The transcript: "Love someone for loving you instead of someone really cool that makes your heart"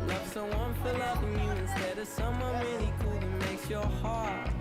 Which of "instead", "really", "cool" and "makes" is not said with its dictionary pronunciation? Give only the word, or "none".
really